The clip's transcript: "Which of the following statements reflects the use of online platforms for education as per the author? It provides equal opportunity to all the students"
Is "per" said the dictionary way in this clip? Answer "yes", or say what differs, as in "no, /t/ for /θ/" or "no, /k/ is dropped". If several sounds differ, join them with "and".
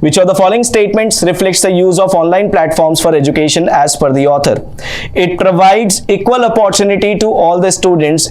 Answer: no, /f/ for /p/